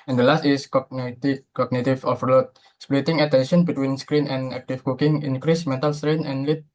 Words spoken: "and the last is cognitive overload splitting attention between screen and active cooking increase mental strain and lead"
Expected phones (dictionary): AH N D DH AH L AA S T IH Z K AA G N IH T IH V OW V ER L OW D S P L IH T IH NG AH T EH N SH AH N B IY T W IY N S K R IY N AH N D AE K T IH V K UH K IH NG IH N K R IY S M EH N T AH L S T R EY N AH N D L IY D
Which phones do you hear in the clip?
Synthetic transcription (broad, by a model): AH N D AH L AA S T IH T K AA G N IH T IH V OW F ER L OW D S P L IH T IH NG AH T EH N SH AH N B IY T W IY N S K R IY N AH N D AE K T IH F K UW K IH NG IH N K R IY S M EH N T AH L S T R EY N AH N L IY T